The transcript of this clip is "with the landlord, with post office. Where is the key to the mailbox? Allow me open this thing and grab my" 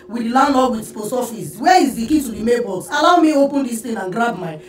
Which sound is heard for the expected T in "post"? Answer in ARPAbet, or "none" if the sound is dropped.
none